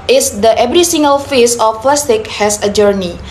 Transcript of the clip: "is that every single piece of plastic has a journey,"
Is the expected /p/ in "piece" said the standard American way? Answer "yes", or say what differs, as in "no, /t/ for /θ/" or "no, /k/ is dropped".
no, /f/ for /p/